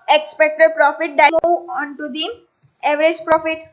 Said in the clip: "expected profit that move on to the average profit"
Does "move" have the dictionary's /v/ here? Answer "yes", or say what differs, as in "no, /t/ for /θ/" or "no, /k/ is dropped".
no, /v/ is dropped